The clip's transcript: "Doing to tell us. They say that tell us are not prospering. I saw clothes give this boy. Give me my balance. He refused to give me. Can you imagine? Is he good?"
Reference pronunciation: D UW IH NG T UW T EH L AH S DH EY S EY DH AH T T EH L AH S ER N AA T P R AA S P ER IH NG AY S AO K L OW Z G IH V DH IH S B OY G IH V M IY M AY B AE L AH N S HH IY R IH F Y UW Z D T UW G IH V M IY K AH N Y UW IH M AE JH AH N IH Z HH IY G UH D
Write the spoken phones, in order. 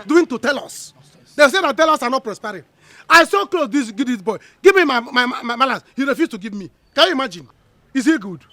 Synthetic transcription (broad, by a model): D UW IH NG T UW T EH L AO S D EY S EY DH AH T T EH L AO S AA N AA T P R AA S P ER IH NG AY S AO K L OW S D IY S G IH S B OY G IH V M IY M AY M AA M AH L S HH IY R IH F Y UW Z T UW G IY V M IY K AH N Y UW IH M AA JH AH N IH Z HH IY G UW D